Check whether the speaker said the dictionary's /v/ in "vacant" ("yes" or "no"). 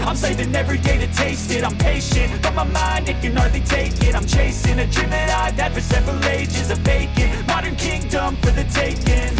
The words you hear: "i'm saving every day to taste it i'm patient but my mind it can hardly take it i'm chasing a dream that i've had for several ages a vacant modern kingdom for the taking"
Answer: no